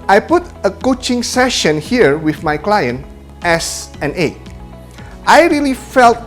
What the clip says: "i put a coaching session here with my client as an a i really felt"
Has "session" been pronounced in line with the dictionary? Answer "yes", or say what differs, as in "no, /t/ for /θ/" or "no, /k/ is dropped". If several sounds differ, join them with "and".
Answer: yes